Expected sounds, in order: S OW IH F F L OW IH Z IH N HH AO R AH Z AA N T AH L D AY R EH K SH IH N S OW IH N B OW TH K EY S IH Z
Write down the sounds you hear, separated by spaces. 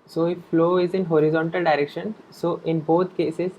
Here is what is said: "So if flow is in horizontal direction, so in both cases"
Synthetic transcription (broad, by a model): S OW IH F F L OW IH Z IH N HH AO R AH Z AA N T AH L D AY R EH K SH IH N S OW IH N B OW T K EY S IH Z